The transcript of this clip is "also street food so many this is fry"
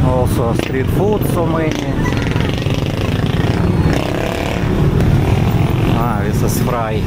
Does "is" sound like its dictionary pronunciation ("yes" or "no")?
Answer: no